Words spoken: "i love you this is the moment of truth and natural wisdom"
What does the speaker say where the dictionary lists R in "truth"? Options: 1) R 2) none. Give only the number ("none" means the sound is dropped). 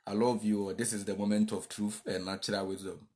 1